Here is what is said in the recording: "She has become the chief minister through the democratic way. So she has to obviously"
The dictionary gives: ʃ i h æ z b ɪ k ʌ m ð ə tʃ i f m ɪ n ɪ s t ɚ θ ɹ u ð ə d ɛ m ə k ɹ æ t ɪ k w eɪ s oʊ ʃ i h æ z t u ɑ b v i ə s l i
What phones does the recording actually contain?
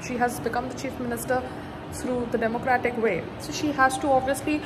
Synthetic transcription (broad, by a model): ʃ i h æ z b ɪ k ʌ m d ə tʃ i f m ɪ n ɪ s t ɚ t ɹ u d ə d ɛ m ə k ɹ æ t ɪ k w eɪ s oʊ ʃ i h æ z t u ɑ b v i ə s l i